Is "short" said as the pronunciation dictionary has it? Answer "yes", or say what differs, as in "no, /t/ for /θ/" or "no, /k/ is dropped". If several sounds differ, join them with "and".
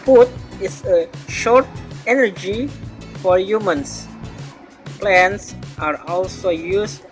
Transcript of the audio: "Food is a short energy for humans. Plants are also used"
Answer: yes